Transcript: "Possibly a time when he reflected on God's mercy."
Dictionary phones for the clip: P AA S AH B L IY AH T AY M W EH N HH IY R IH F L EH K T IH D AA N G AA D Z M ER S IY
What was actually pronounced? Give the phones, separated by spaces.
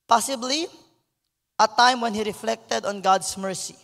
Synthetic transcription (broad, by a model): P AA S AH B L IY AH T AY M W EH N HH IY R IH F L EH K T IH D AA N G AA D S M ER S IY